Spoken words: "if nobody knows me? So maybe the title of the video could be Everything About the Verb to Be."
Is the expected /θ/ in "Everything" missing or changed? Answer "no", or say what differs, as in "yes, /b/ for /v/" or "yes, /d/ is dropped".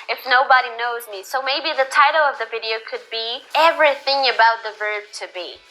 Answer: no